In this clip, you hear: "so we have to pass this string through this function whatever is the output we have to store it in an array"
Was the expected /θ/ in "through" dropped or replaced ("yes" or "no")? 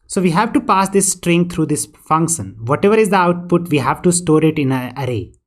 yes